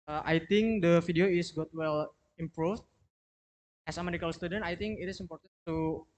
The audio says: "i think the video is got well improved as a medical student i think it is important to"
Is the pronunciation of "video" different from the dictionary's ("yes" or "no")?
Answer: yes